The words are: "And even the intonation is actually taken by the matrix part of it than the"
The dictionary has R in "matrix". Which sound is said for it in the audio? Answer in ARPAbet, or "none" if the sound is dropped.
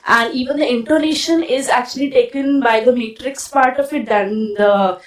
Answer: R